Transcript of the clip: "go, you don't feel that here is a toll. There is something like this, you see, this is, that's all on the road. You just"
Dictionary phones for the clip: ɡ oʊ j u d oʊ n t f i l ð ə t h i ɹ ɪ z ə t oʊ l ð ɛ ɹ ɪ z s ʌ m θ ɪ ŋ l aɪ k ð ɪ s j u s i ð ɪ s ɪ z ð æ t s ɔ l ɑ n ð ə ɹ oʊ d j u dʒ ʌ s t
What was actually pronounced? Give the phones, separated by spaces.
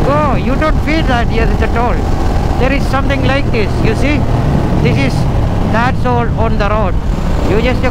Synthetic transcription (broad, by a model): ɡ oʊ j u d oʊ n t f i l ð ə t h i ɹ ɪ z ə t oʊ l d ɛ ɹ ɪ z s ʌ m t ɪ ŋ l aɪ k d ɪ s j u s i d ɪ s ɪ z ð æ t s ɔ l ɑ n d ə ɹ oʊ d j u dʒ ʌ s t